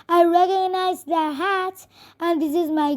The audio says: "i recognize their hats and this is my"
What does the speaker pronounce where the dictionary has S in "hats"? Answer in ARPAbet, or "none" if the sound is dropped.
none